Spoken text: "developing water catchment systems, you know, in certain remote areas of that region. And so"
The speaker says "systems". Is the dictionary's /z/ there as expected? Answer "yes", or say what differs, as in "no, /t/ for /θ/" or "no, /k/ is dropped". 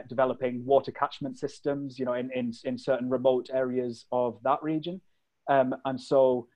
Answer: yes